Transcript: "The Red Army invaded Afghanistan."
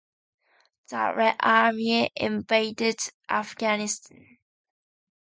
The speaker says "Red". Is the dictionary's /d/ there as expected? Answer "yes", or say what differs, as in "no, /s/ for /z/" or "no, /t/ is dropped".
no, /d/ is dropped